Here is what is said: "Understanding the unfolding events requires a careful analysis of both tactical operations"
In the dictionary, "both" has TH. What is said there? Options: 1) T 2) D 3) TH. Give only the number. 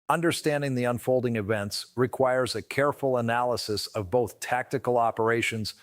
3